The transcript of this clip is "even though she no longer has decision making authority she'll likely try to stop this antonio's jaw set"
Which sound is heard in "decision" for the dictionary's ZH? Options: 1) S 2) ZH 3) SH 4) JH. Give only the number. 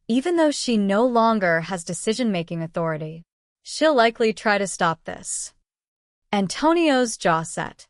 2